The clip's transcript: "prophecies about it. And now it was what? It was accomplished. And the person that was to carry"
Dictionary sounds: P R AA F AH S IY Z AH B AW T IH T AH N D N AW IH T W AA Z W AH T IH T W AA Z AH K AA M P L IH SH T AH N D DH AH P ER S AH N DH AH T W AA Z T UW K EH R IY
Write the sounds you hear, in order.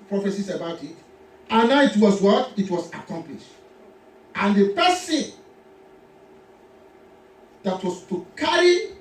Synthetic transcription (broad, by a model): P R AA F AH S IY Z AH B AW T IH T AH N N AW IH T W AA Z W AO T IH T W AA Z AH K AA M P L IH SH T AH N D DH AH P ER S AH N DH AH T W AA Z T UW K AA R IY